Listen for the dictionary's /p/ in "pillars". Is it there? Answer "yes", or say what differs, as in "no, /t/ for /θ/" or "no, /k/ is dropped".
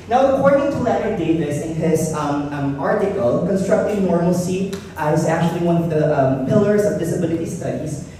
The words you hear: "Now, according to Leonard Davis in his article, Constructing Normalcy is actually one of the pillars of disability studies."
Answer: yes